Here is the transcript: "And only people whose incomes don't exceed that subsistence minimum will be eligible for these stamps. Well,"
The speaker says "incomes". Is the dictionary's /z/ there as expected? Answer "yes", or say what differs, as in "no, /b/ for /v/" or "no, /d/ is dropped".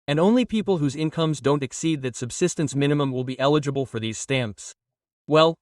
yes